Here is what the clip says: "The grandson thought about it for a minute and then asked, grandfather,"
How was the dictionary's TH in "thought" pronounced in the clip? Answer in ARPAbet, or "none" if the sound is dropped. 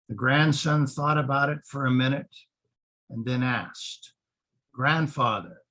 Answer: TH